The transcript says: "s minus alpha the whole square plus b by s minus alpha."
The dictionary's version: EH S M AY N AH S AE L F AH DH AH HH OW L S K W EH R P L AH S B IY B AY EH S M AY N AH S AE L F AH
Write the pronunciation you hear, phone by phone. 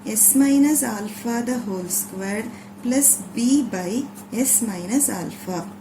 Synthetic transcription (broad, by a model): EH S M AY N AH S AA L F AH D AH HH OW L S K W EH R P L AH S B IY B AY EH S M AY N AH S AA L F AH